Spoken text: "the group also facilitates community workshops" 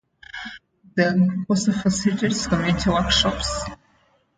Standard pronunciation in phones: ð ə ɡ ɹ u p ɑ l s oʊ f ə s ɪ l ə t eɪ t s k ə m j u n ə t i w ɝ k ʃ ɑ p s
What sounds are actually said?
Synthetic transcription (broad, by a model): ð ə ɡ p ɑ s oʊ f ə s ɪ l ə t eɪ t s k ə m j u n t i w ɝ k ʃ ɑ p s